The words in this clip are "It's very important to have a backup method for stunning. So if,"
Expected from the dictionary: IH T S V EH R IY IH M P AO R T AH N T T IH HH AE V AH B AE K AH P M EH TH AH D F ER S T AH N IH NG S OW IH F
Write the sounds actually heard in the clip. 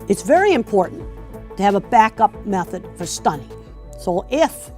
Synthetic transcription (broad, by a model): IH T S V EH R IY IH M P AO R T N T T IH V AH B AE K AH P M EH TH AH D F ER S T AH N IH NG S OW IH F